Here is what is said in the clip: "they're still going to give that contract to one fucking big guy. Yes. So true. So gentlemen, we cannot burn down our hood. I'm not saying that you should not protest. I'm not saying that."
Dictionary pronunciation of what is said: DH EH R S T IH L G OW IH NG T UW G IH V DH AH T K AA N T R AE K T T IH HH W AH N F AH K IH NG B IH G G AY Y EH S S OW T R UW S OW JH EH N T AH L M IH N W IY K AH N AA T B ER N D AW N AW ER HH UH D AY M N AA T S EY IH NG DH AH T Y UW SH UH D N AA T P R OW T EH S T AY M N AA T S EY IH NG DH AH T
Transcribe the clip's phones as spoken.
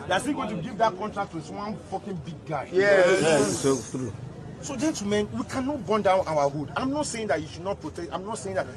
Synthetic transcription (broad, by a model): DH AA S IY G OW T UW G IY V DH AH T K AA N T R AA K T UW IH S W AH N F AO K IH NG B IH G G AY Y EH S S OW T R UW S OW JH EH N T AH M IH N W IY K AH N AA T B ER N D AW N AW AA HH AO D AY M N AA T S EY IH NG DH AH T Y UW SH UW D N AA T P R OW T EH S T AY M N AA T S EY IH NG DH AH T